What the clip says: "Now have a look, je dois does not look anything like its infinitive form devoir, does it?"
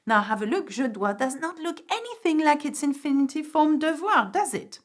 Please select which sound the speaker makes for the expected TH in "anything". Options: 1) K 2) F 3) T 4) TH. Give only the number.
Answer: 4